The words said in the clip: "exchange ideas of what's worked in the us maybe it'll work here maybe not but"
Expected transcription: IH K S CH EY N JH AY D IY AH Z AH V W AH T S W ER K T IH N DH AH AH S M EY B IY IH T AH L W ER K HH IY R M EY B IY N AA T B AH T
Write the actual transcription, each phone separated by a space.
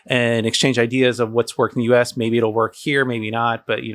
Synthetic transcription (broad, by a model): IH K S CH EY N JH AY D IY AH Z AH V W AH T S W ER K IH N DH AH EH S M EY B IY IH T L W ER K HH IY R M EY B IY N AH T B AH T